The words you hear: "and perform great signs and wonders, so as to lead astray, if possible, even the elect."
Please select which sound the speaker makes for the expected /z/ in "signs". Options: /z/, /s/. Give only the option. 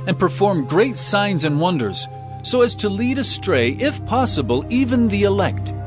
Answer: /z/